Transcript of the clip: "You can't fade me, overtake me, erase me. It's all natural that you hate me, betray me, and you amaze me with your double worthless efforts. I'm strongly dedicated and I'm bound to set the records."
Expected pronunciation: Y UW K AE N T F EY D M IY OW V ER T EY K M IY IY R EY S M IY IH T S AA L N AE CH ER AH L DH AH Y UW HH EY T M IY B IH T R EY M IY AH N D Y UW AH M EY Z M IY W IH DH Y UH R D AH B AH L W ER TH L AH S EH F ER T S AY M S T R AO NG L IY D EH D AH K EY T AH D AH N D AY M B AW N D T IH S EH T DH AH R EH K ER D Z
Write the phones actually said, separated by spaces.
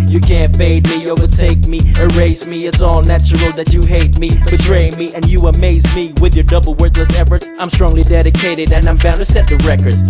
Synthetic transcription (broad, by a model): Y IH K AE N T F EY D M IY OW V ER T EY K M IY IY R EY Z M IY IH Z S AA L N AE CH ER L DH AH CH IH HH EY T M IY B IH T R EY M IY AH N Y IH AH M EY Z M IY W IH DH Y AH R D AH B L W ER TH L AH S EH F ER T S AY M S T R AO NG L IY D EH D AH K EY T AH D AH N AY M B AW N T IH S EH T DH AH R EH K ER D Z